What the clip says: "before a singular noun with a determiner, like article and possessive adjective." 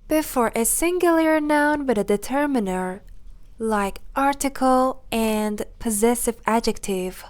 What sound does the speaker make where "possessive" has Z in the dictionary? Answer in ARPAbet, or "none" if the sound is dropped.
Z